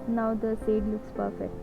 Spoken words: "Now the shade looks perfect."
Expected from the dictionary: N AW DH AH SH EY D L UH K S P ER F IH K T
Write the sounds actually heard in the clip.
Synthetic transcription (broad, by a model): N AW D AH S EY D L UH K S P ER F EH K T